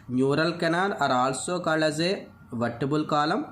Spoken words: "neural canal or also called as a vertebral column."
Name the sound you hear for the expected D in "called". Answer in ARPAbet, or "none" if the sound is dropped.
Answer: none